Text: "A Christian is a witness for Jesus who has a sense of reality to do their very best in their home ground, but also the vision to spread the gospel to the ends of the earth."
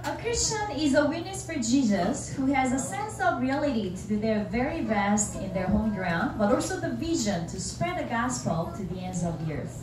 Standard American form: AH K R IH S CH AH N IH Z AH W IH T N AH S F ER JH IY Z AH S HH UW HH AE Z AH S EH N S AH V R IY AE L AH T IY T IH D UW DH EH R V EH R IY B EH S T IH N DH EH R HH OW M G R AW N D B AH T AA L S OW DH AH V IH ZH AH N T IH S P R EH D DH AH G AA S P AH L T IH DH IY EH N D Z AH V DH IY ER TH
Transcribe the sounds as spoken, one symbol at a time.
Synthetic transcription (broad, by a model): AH K R IH S CH AH N IH Z AH W IH T N AH S F ER JH IY Z AH S HH UW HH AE Z AH S EH N S AH V R IY AE L AH T IY T IH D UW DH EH R V EH R IY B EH S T IH N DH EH R HH OW M G R AW N D B AH T AA L S OW DH AH V IH ZH AH N T IH S P R EH D DH AH G AA S P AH L T IH DH IY EH N D Z AH V DH IY ER TH